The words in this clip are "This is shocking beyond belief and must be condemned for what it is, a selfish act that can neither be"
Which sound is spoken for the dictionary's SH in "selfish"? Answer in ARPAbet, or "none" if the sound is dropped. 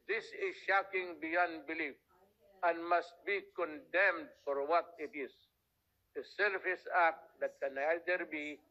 S